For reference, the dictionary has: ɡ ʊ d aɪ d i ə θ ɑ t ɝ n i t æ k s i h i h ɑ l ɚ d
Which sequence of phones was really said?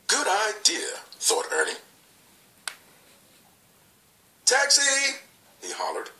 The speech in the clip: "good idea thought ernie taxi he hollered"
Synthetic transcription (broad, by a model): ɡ ʊ d aɪ d i ə θ ɑ t ɝ n i t æ k s i h i h ɑ l ɚ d